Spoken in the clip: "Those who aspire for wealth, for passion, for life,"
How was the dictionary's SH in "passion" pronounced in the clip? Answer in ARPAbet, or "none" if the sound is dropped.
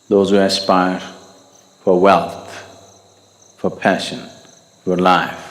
SH